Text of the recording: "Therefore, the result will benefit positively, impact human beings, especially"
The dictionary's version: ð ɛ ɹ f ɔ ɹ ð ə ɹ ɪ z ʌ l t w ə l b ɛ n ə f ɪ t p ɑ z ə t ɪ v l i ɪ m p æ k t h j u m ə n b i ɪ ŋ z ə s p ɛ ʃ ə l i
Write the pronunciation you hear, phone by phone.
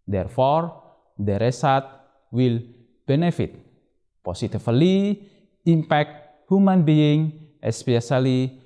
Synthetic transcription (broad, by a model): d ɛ ɹ f ɔ ɹ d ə ɹ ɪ s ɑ t w ə l b ɛ n ə f ɪ t p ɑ s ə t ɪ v l i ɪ m p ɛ k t h j u m ə n b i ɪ ŋ ə s p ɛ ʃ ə l i